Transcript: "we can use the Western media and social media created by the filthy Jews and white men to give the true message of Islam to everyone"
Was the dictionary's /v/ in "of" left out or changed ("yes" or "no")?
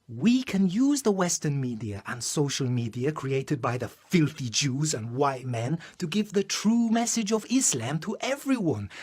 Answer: no